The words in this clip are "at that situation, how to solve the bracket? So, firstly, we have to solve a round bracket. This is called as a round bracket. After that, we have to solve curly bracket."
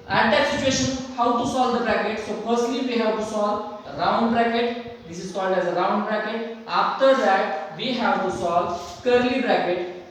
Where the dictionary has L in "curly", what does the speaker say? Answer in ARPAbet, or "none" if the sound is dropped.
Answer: L